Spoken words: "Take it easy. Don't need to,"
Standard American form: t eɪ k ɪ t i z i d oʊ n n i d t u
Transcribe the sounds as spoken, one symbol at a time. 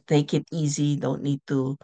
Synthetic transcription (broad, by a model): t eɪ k ɪ t i z i d oʊ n n i d t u